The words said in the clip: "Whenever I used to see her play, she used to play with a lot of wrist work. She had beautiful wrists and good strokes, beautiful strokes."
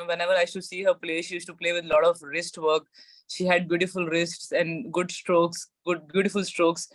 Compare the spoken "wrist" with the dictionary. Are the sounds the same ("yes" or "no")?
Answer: yes